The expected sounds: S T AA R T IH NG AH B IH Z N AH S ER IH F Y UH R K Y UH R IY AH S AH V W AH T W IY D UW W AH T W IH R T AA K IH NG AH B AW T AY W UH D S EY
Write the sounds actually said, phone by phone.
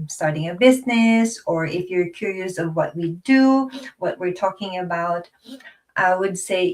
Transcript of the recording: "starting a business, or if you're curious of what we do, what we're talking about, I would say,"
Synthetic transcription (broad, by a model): S T AA R T IH NG AH B IH Z N AH S ER IH F Y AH R K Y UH R IY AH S AH V W AH T W IY D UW W AH T W IH R T AA K IH NG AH B AW T AY W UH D S EY